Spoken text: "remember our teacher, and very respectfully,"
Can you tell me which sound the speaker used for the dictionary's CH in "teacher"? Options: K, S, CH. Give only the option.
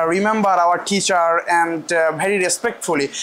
CH